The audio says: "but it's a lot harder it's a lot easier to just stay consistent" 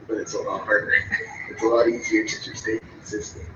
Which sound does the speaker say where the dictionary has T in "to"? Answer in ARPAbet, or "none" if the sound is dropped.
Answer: S